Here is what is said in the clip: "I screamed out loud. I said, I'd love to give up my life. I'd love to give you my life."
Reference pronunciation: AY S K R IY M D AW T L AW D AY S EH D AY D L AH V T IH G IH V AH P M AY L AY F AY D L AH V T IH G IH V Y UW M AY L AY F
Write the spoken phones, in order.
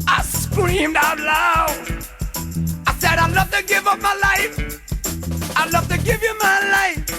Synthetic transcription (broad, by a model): AY S K R IY M D AW T L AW AY S EH D AY L AH V T IH G IH V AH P M AY L AY F AY L AH V T IH G IH V Y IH M AY L AY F